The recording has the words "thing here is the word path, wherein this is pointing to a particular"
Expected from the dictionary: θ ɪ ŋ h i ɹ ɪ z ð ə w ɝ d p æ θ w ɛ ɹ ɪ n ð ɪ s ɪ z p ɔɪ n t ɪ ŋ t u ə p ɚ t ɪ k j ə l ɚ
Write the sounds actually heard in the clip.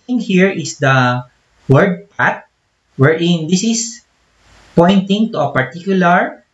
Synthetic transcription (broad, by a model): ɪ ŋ h i ɹ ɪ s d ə w ɝ d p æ t w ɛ ɹ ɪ n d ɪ s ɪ s p ɔɪ n t ɪ ŋ t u ə p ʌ t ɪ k j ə l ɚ